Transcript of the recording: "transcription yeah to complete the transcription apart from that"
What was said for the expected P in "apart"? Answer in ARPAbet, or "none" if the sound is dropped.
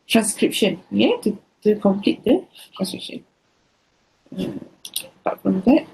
B